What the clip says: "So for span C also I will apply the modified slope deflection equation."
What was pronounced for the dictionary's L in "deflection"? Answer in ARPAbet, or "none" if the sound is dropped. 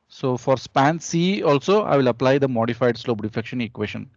none